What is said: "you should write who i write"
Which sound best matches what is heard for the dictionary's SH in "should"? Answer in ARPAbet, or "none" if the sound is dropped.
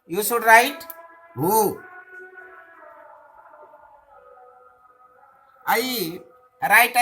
S